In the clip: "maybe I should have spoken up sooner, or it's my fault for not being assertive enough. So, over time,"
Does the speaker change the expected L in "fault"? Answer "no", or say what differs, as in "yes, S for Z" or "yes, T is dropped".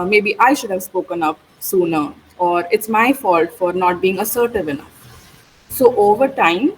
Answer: no